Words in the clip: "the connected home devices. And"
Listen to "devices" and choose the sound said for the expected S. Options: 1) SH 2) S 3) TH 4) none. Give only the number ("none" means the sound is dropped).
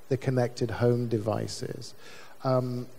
2